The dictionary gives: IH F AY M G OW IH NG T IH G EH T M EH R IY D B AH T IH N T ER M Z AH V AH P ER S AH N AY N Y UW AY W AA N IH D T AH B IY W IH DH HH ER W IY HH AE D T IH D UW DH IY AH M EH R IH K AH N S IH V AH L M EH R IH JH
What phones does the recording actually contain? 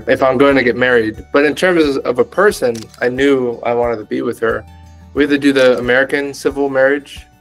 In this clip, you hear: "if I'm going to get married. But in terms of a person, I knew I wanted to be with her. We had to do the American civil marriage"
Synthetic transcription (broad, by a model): IH F AY M G OW IH NG T IH G EH T M EH R IY D B AH T IH N T ER M Z AH V AH P ER S AH N AY N Y UW AY W AA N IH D T AH B IY W IH DH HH ER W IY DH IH D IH DH IY AH M EH R IH K AH N S IH V L M EH R IH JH